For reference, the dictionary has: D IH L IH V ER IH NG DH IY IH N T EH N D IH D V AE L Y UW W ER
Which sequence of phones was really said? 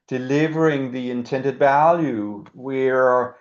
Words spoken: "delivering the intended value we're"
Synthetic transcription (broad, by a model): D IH L IH V ER IH NG DH IY IH N T EH N D IH D V AE L Y UW W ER